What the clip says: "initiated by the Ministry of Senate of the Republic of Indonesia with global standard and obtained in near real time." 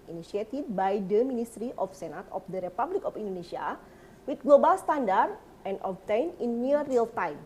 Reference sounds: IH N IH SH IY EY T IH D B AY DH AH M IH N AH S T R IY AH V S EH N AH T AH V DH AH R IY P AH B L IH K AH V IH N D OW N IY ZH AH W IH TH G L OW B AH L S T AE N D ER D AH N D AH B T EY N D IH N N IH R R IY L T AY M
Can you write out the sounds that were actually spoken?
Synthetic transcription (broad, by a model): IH N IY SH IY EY T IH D B AY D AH M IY N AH S T R IY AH F S EH N AH T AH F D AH R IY P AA B L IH K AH F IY N D OW N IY SH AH W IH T G L OW B AH L S T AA N D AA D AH N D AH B T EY N IH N N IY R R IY L T AY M